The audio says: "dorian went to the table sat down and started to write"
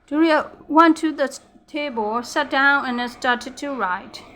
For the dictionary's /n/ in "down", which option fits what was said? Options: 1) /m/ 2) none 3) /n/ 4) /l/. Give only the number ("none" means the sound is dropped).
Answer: 3